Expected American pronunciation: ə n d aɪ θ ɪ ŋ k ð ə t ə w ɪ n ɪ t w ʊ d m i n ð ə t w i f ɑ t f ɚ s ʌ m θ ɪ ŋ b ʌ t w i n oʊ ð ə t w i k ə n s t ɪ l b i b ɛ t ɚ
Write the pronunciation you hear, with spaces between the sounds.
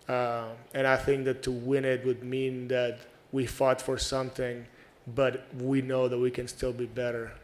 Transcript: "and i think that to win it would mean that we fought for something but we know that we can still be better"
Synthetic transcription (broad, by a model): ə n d aɪ θ ɪ ŋ k ð ə t ə w ɪ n ɪ t w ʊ d m i n ð ə t w i f ɑ t f ɚ s ʌ m θ ɪ ŋ b ʌ t w i n oʊ ð ə t w i k ə n s t ɪ l b i b ɛ t ɚ